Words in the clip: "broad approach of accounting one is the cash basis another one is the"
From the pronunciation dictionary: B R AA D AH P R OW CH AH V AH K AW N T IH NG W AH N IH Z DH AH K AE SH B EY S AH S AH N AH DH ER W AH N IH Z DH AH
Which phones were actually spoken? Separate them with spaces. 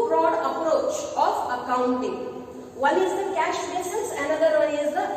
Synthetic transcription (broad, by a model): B R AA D AH P R OW CH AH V AH K AW N T IH NG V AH N IH Z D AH K AE SH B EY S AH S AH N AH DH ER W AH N IH Z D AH